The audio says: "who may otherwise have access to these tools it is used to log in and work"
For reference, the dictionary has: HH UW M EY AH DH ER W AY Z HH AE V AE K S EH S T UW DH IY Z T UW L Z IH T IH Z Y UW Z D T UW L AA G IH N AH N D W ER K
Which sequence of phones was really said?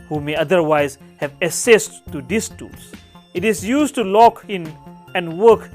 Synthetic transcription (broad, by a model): HH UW M EY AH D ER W AY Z HH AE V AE S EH S T UW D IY S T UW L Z IH T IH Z Y UW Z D T UW L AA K IH N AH N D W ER K